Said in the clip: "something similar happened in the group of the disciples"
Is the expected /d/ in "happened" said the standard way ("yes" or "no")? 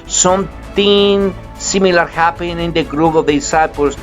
no